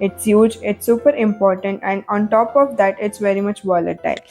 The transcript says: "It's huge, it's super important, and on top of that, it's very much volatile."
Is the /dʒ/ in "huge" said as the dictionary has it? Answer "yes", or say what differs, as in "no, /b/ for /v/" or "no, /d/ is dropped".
yes